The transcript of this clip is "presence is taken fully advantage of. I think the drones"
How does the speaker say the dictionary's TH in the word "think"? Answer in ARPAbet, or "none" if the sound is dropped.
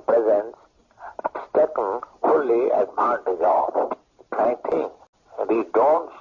T